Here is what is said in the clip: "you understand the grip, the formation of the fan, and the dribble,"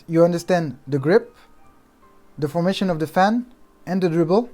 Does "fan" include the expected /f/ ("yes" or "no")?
yes